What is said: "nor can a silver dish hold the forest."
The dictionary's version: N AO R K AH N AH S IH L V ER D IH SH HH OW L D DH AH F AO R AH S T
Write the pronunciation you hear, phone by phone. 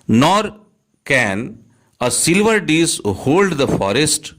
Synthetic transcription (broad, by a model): N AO R K AH N AH S IH L V ER D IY S HH OW L D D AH F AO R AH S T